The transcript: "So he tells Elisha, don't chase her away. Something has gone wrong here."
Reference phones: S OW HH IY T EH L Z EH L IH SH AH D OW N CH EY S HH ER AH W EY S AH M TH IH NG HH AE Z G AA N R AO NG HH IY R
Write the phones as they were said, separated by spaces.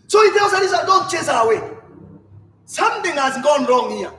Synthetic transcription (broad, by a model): S OW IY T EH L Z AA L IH S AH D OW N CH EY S AH W EY S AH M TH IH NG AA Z G AA N R AO NG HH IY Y